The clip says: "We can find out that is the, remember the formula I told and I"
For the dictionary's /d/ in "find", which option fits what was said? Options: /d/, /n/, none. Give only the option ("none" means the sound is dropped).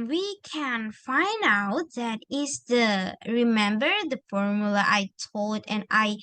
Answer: /d/